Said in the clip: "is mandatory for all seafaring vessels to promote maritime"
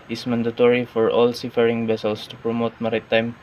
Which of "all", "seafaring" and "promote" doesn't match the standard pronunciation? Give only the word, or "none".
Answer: none